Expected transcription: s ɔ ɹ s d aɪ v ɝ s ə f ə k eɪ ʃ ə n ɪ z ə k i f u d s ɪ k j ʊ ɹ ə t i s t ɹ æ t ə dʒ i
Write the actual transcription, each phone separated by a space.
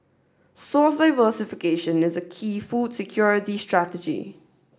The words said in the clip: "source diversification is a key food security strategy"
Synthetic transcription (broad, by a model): s ɔ s d aɪ v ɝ s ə f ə k eɪ ʃ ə n ɪ z ə k i f u d s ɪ k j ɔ ɹ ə t i s t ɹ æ t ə dʒ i